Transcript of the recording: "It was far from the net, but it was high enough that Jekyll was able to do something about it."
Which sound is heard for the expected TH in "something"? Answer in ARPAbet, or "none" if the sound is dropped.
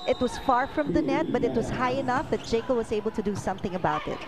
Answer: TH